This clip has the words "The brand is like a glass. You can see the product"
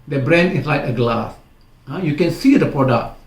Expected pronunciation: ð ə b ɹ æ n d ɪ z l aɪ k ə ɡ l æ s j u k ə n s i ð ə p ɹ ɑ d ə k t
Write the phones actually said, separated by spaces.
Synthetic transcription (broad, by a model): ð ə b ɹ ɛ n ɪ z l aɪ k ə ɡ l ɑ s j u k ə n s i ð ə p ɹ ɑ d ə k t